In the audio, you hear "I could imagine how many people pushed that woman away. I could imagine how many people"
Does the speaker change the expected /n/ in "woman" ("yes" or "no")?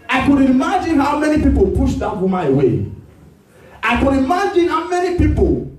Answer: yes